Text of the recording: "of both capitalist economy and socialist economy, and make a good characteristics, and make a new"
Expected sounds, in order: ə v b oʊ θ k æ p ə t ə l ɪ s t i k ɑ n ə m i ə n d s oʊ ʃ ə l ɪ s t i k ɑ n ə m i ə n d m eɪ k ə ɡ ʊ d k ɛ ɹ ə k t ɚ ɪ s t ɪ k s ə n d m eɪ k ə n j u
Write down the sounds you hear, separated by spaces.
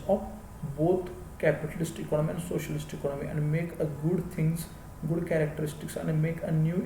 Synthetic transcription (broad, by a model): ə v b oʊ t k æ p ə t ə l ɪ s t i k ɑ n ə m i ə n d s oʊ ʃ ə l ɪ s t i k ɑ n ə m i ə n d m eɪ k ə ɡ ʊ d k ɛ ɹ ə k t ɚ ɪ s t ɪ k s ə n d m eɪ k ə n j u